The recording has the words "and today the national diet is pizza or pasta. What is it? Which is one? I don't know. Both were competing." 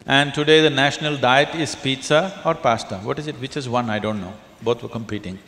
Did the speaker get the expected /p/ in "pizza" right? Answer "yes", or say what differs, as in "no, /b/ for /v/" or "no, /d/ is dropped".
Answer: yes